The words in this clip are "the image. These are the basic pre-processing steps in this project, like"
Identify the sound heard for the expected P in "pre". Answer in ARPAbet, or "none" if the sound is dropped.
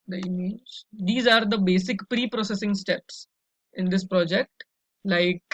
P